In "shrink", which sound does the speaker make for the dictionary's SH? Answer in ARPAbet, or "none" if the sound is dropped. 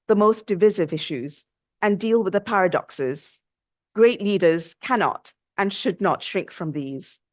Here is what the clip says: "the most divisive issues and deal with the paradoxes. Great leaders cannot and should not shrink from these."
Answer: SH